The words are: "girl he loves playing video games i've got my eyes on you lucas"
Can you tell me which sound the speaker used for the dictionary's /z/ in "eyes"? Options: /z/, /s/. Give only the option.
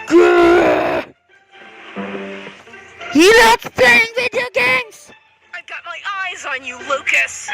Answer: /z/